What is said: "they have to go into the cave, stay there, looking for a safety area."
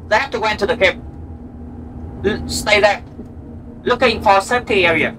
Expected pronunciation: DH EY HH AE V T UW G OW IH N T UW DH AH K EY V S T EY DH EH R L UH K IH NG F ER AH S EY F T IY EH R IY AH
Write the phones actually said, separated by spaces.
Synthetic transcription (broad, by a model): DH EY HH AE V T UW G OW IH N T UW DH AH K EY P S T EY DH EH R L UH K IH NG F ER AH S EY T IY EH R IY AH